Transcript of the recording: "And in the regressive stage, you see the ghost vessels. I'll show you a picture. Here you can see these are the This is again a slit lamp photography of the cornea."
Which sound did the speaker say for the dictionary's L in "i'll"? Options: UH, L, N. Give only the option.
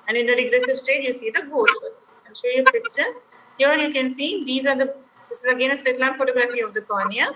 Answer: N